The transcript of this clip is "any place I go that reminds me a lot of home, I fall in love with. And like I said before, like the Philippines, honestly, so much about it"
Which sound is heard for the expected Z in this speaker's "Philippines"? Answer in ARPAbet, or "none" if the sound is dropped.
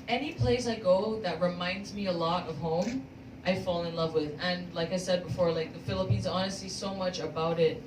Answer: Z